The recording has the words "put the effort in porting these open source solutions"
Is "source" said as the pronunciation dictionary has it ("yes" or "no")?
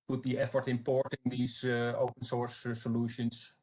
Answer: yes